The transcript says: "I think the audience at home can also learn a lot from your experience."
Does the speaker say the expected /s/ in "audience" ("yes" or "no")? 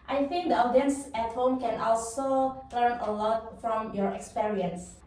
yes